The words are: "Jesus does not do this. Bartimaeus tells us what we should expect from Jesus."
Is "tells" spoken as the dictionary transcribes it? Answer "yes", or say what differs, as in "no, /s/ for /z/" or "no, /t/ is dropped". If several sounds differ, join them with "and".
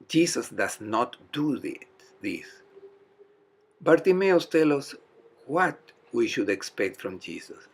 no, /z/ is dropped